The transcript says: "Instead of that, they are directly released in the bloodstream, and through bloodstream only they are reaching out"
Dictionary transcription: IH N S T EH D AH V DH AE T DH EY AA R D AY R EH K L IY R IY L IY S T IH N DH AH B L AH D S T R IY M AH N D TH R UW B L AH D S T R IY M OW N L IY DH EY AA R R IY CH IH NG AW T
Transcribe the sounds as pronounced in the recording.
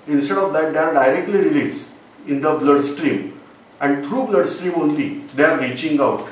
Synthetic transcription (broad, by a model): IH N S T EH D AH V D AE T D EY AA R D AY R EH K L IY R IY L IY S IH N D AH B L AH D S T R IY M AH N D T R UW B L AH D S T R IY M OW N L IY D EY AA R R IY CH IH NG AW T